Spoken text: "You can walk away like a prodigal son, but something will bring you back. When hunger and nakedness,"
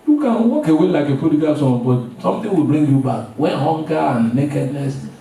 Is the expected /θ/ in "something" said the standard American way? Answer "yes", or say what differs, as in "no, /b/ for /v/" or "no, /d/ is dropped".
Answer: no, /t/ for /θ/